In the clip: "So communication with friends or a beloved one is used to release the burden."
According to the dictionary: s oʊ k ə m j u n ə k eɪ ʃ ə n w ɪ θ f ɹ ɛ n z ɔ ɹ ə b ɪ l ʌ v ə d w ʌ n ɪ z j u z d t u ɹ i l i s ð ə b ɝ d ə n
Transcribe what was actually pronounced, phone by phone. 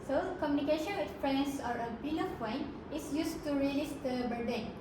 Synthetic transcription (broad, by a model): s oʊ k ə m j u n ə k eɪ ʃ ə n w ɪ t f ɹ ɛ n s ɔ ɹ ə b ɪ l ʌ p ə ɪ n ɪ s j u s t u ɹ i l i s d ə b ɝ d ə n